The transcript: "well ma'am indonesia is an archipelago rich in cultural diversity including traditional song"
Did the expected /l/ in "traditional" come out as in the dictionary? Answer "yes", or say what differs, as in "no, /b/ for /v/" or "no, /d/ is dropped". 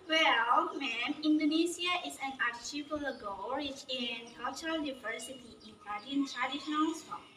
no, /n/ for /l/